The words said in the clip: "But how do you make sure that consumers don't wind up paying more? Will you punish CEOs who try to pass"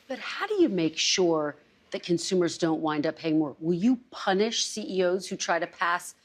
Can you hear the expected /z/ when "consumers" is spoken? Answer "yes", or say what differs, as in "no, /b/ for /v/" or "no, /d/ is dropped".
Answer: yes